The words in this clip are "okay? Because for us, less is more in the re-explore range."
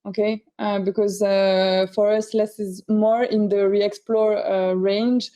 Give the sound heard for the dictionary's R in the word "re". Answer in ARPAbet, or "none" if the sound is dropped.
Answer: R